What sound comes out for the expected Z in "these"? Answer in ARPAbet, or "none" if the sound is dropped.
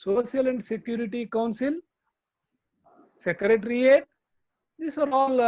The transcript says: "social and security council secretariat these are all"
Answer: S